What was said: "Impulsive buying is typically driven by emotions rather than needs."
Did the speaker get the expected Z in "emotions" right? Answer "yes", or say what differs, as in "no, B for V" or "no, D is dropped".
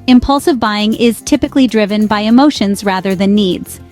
yes